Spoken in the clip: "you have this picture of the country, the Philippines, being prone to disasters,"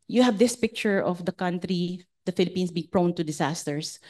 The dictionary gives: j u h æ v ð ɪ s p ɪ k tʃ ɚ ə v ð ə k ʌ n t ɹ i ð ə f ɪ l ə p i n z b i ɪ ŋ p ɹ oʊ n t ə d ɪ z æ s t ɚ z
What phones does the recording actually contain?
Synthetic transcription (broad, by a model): j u h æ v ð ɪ s p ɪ k tʃ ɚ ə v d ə k ʌ n t ɹ i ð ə f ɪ l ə p i n s b i ɪ ŋ p ɹ oʊ n t ə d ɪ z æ s t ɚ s